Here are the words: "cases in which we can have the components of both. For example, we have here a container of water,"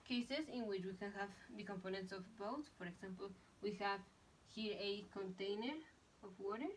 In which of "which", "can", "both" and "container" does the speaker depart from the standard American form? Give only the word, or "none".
both